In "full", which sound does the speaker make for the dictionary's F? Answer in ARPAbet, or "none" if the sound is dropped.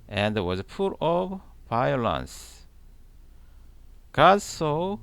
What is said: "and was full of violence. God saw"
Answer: P